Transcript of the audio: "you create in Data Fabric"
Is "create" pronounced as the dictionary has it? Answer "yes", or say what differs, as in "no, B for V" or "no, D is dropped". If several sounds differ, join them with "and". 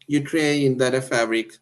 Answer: no, T is dropped